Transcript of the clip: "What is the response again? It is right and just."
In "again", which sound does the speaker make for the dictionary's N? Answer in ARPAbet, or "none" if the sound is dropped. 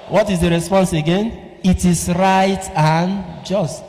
N